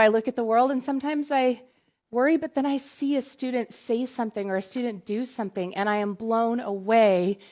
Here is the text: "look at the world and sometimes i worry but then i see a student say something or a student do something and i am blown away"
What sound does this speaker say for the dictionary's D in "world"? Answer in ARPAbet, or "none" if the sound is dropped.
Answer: D